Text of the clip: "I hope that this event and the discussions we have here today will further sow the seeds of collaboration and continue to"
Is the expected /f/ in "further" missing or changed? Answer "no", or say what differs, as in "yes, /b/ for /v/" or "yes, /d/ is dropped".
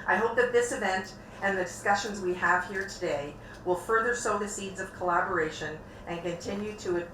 no